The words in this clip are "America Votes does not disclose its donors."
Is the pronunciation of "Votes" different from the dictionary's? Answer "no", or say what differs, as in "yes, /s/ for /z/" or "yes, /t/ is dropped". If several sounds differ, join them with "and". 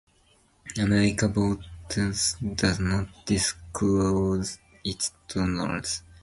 yes, /b/ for /v/